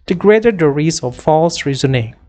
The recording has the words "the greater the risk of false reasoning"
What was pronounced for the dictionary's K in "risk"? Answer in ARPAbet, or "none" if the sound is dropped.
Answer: none